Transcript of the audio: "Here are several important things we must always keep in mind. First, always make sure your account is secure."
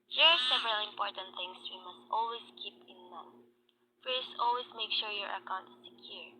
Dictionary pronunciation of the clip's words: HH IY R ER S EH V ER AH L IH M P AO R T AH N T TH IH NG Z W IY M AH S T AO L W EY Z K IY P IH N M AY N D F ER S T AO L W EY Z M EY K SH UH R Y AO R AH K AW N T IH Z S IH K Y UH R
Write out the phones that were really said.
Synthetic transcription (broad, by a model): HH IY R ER S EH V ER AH L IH M P AO R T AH N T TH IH NG S W IY M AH S T AO L W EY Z K IY P IH N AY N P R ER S AO L W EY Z M EY K SH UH R Y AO R AH K AW N T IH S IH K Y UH R